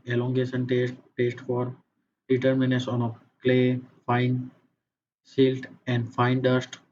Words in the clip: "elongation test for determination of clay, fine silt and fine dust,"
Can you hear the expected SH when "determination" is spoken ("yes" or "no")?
no